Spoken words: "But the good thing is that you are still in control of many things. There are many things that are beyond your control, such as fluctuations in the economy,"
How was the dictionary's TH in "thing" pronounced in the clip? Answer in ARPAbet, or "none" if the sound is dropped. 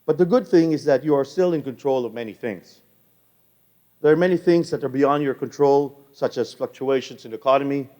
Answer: TH